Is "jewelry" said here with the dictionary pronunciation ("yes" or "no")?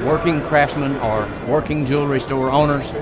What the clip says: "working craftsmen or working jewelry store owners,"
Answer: yes